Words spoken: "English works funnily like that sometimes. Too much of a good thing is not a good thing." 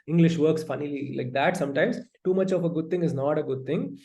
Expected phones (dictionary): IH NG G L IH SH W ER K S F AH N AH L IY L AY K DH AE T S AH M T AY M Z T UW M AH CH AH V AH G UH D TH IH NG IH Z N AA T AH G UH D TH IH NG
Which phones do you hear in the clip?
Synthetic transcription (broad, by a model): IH NG G L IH SH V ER K S F AH N AH L IY L AY K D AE T S AH M T AY M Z T UW M AH CH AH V AH G UH D T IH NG IH Z N AA T AH G UH D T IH NG